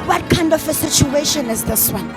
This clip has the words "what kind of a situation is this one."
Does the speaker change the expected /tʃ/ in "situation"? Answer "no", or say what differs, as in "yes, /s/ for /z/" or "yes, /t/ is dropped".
no